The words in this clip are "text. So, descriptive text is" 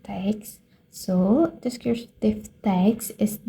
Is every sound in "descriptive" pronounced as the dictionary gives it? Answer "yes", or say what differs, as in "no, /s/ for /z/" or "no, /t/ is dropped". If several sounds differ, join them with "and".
no, /ɹ/ is dropped